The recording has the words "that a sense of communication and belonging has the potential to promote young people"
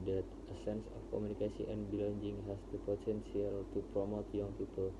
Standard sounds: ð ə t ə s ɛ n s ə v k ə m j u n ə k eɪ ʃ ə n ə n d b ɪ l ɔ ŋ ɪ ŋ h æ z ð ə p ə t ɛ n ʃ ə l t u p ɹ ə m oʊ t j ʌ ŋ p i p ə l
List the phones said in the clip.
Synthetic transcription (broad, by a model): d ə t ə s ɛ n s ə f k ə m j u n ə k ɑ s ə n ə n b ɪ l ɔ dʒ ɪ ŋ h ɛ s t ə p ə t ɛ n s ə l t u p ɹ ə m oʊ t j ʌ ŋ p i p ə l